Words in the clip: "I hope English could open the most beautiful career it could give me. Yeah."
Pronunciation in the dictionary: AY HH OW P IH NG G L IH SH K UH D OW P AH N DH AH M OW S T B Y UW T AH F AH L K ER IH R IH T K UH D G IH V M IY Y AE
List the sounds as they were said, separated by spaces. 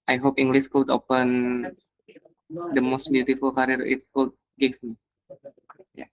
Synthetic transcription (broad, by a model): AY HH OW P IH NG G L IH S K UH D OW P AH N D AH M OW S T B Y UW T AH F AH L K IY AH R IH T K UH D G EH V M IY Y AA